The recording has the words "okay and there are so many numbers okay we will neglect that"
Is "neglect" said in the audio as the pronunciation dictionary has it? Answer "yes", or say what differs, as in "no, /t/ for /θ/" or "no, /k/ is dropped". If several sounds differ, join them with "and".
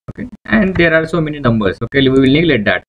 no, /k/ is dropped